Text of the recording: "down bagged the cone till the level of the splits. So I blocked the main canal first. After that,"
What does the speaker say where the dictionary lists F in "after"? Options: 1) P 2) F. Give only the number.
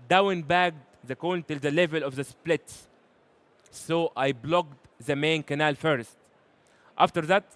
2